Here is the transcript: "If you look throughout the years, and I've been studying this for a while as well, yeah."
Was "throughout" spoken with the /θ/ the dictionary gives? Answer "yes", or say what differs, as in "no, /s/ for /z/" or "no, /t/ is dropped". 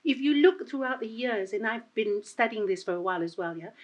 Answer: yes